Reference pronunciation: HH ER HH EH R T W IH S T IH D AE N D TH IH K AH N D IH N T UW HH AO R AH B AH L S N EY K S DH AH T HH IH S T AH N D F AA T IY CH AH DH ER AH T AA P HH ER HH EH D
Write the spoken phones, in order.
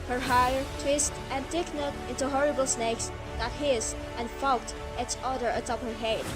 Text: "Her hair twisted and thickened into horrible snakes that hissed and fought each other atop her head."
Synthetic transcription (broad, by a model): HH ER HH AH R T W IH S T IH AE N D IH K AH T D IH N T UW HH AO R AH B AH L S N EY K S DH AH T HH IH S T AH N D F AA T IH S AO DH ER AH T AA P HH ER HH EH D